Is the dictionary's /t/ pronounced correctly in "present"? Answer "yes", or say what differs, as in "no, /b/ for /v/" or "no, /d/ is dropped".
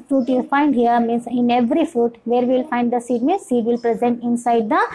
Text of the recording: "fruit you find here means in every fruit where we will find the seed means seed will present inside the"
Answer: yes